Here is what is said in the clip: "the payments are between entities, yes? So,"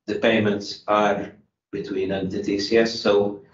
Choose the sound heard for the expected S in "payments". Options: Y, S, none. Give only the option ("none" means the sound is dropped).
S